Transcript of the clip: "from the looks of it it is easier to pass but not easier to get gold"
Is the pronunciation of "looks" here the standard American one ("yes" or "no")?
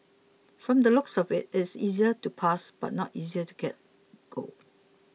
yes